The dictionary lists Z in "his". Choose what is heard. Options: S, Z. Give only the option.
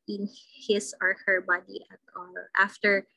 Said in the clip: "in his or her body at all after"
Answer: S